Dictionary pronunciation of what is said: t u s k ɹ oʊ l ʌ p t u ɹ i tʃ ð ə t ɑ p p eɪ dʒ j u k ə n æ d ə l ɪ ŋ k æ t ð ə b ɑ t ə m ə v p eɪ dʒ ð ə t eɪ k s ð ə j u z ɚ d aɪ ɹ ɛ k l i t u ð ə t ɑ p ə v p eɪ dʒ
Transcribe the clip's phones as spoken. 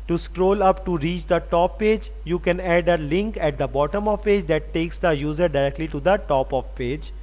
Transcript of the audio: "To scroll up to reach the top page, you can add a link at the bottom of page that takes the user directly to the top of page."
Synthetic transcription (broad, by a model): t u s k ɹ oʊ l ʌ p t u ɹ i tʃ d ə t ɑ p p eɪ dʒ j u k ə n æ d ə l ɪ ŋ k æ t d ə b ɑ t ə m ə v p eɪ dʒ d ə t eɪ k s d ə j u z ɚ d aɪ ɹ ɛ k l i t u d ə t ɑ p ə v p eɪ dʒ